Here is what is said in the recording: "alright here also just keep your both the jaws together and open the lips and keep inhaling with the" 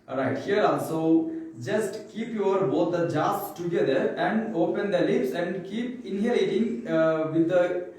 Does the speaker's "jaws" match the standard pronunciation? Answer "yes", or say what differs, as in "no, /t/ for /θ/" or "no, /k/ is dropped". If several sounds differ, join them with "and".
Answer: no, /s/ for /z/